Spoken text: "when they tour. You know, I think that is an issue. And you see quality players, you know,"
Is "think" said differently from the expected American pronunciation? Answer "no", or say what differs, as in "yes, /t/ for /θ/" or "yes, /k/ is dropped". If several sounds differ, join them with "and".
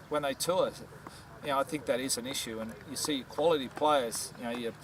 no